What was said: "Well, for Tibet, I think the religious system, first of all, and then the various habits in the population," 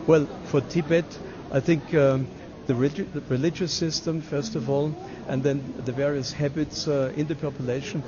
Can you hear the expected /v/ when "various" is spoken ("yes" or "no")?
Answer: yes